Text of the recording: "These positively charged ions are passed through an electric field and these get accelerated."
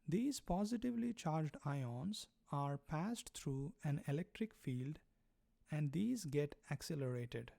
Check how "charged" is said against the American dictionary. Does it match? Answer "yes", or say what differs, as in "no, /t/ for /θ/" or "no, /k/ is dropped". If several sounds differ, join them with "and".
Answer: yes